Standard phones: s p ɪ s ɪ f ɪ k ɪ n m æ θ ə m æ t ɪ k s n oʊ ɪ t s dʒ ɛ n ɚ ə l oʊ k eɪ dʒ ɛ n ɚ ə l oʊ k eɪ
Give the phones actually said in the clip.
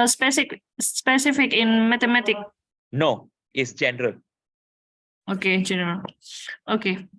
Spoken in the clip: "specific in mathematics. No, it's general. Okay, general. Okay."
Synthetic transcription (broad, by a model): s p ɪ s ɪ f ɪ k ɪ n m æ t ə m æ t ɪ k n oʊ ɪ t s dʒ ɛ n ɚ ə l oʊ k eɪ dʒ ɛ n ɚ ə l oʊ k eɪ